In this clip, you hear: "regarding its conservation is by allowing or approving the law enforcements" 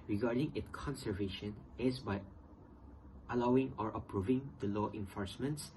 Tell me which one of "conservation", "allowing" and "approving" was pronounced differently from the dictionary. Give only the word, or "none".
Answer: none